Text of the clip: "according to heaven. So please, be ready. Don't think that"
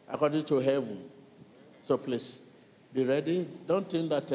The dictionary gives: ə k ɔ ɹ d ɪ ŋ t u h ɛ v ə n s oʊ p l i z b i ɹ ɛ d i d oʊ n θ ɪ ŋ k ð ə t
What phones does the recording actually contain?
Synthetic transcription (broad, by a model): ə k ɔ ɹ d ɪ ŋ t u h ɛ v ə n s oʊ p l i s b i ɹ ɛ d i d oʊ n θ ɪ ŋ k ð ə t